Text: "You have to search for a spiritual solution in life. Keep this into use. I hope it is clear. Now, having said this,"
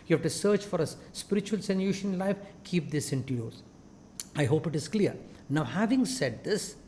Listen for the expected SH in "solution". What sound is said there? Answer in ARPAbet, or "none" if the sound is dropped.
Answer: none